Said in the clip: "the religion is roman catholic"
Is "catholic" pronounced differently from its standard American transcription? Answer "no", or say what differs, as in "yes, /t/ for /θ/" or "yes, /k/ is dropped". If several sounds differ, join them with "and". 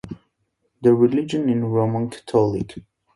yes, /t/ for /θ/